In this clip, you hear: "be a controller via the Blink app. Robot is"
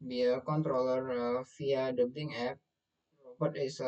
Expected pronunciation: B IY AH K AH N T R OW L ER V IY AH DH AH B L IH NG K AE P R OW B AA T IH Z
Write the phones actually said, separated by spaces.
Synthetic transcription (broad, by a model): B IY AH K AH N T R OW L ER F IY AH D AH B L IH NG EH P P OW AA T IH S